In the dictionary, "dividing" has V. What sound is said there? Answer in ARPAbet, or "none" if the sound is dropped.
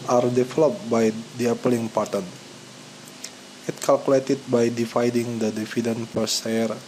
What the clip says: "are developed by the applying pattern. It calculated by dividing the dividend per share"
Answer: F